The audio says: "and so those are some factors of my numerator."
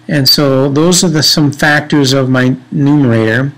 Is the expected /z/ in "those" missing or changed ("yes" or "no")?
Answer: no